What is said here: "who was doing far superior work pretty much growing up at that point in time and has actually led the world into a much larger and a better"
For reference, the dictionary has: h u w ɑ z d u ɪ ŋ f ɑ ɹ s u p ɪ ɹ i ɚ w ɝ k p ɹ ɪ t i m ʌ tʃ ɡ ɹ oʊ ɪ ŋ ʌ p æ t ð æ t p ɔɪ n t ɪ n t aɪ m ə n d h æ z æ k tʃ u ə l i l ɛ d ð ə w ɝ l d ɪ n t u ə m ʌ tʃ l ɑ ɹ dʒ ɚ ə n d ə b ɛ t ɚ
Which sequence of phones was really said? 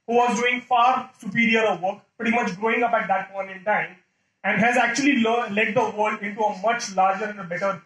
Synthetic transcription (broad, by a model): h u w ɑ z d u ɪ ŋ f ɑ ɹ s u p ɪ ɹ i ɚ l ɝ k p ɹ ɪ t i m ʌ tʃ ɡ ɹ oʊ ɪ ŋ ʌ p æ t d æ t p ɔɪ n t ɪ n t aɪ m ə n d h æ z æ k tʃ u ə l i l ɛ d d ə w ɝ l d ɪ n t u ə m ʌ tʃ l ɑ ɹ dʒ ɚ ə n d ə b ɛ t ɚ